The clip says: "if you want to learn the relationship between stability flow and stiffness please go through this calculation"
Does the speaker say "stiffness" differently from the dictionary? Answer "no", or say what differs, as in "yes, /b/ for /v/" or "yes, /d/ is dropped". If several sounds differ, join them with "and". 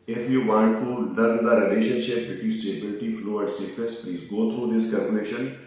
yes, /n/ is dropped